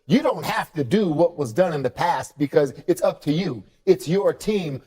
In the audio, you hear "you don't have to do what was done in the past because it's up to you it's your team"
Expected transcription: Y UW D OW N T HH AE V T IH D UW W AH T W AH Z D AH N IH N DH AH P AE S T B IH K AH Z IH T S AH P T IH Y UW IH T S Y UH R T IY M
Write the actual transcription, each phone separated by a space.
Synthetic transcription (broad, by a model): Y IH D OW N T HH AE F T IH D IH W AH T W AH Z D AH N IH N DH AH P AE S T B IH K AH Z IH T S AH P T IH Y UW IH T S Y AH R T IY M